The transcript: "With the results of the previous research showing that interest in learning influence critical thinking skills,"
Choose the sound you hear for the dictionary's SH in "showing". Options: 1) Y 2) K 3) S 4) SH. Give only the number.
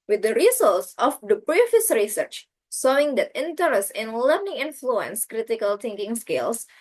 3